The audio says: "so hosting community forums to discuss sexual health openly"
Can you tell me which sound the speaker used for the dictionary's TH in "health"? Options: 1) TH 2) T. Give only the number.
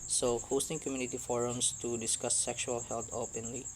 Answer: 2